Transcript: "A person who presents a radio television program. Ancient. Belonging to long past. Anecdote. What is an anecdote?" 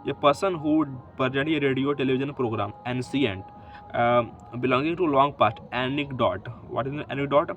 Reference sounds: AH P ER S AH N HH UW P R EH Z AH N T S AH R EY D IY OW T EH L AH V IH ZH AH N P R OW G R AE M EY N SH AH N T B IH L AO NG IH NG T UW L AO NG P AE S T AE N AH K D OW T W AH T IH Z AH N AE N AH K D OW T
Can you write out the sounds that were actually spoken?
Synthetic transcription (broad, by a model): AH P ER S AH N HH UW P R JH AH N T AH R EY D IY OW T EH L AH V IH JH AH N P R OW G R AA M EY N S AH N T B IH L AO NG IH NG T UW L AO NG P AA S T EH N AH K D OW T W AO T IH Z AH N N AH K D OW T